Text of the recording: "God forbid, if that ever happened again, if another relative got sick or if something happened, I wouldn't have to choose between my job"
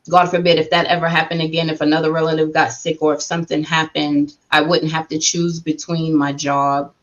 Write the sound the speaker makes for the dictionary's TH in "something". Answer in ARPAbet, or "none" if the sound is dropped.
TH